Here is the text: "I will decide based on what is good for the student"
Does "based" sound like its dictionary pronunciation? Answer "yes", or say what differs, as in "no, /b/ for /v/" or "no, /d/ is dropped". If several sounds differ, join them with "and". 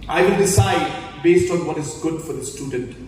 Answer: yes